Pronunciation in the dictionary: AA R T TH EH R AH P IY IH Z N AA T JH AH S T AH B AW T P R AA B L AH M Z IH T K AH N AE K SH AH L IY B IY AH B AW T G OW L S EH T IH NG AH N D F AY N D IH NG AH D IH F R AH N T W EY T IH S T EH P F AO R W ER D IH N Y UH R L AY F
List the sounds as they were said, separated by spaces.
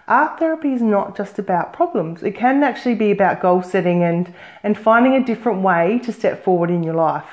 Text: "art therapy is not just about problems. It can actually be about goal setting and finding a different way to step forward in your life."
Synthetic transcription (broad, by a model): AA R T TH EH R AH P IY IH Z N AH T JH AH S T AH B AW T P R AA B L AH M Z IH T K AH N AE K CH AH L IY B IY AH B AW T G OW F S EH T IH NG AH N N F AY N D IH NG AH D IH F R AH N T W EY T IH S T EH P F AO R W ER D IH N Y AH R L AY F